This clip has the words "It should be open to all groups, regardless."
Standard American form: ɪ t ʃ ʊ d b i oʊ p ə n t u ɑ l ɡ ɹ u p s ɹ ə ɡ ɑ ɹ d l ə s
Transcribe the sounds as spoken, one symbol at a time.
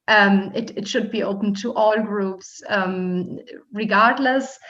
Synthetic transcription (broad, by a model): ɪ t ʃ ʊ d b i oʊ p ə n t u ɑ l ɡ ɹ u p s ɹ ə ɡ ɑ ɹ d l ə s